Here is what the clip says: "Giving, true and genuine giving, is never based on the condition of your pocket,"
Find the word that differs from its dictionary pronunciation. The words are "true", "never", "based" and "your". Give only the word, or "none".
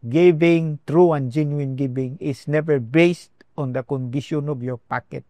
none